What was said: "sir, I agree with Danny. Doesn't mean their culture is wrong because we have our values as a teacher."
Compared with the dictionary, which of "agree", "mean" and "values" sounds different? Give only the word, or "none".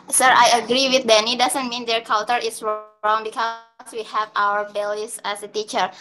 values